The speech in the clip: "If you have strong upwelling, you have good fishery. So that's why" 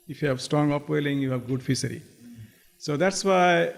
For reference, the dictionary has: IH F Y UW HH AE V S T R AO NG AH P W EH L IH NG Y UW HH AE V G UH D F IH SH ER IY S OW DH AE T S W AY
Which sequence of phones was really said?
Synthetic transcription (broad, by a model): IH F Y UW HH AE V S T R AO NG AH P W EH L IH NG Y UW HH AE V G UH D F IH S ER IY S OW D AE T S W AY